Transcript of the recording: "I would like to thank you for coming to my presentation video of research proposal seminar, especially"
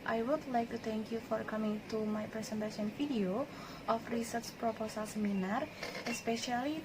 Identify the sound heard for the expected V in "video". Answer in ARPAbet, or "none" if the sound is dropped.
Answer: F